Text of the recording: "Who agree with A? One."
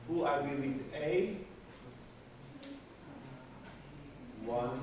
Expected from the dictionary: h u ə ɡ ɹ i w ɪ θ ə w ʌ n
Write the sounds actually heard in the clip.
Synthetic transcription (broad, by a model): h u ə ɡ i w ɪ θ ə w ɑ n